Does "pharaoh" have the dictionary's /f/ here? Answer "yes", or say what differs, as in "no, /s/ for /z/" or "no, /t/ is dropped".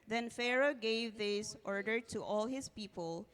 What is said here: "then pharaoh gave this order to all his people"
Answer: yes